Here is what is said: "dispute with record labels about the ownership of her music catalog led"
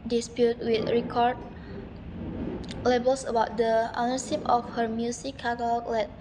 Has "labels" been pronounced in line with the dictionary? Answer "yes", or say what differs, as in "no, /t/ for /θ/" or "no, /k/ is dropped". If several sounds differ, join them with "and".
no, /s/ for /z/